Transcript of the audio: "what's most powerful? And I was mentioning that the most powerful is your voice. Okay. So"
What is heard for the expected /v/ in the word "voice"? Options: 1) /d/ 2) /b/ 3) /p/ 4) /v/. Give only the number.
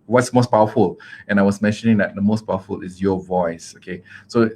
4